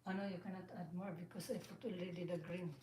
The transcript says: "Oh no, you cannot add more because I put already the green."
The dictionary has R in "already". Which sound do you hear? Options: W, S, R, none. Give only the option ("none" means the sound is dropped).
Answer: none